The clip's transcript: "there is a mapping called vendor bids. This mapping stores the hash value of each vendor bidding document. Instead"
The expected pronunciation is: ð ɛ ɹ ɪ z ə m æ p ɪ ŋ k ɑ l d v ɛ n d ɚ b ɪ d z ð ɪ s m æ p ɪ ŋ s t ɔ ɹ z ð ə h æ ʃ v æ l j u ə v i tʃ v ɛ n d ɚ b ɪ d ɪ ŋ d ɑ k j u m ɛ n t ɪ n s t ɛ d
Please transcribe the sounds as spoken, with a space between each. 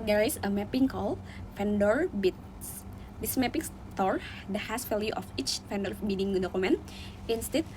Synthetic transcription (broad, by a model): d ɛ ɹ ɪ s ə m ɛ p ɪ ŋ k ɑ l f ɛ n d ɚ b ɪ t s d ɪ s m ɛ p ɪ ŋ s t ɔ ɹ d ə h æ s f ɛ l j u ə f i tʃ f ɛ n d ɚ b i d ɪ ŋ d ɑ k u m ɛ n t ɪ n s t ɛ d